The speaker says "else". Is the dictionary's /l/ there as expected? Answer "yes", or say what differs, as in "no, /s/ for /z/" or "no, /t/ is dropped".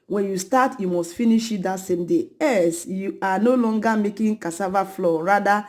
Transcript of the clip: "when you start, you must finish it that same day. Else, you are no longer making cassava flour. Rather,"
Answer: no, /l/ is dropped